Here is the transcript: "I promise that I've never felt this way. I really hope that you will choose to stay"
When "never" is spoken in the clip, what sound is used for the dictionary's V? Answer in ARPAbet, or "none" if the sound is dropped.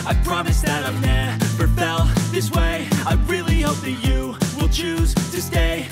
F